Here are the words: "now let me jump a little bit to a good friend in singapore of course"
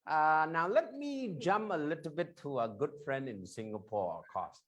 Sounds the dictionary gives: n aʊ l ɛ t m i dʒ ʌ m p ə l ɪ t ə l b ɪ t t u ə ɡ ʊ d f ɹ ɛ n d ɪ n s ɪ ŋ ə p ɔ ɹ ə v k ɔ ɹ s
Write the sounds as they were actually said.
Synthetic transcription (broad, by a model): n aʊ l ɛ t m i dʒ ʌ m p ə l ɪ t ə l b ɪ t t u ə ɡ ʊ d f ɹ ɛ n d ɪ n s ɪ ŋ ə p ɔ ɹ ə v k ɔ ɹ s